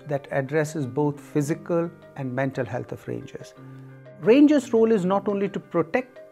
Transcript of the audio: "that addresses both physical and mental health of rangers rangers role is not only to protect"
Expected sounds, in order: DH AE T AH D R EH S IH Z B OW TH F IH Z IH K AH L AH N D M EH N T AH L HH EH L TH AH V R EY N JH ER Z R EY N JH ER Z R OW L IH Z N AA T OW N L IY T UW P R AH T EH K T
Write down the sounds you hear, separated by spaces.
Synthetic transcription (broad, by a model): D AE T AH D R EH S IH Z B OW T F IH Z IH K AH L AH N D M EH N T AH L HH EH L T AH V R EY N JH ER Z R EY N JH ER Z R OW L IH Z N AA T OW N L IY T UW P R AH T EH K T